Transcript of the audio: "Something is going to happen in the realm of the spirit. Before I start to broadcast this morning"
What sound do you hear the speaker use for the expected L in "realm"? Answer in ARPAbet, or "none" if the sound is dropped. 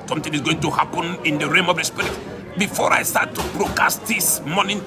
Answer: none